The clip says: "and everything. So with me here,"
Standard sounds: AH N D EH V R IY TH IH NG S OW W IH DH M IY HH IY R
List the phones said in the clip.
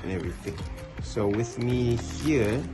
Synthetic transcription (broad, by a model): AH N EH V R IY TH IH NG S OW W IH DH M IY HH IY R